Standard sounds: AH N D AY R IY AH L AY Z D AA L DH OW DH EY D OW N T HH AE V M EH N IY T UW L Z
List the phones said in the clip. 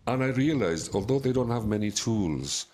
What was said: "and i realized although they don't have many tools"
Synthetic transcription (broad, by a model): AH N AY R IY AH L AY Z D AA L DH OW DH EY D OW N T HH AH V M EH N IY T UW L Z